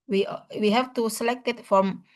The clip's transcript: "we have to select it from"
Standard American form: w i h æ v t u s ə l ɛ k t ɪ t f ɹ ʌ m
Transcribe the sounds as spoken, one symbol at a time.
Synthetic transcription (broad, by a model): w i h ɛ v t u s ə l ɛ k t ɪ t f ɹ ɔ m